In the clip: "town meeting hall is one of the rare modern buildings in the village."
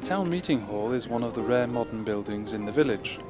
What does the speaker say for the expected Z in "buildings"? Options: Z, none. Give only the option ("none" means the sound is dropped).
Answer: Z